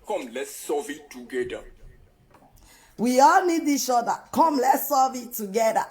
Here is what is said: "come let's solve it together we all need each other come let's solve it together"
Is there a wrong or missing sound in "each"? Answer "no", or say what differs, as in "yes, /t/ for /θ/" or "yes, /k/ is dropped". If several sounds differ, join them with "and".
yes, /s/ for /tʃ/